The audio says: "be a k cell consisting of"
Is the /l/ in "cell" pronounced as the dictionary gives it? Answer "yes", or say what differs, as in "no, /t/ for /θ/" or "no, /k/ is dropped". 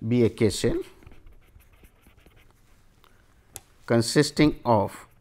no, /n/ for /l/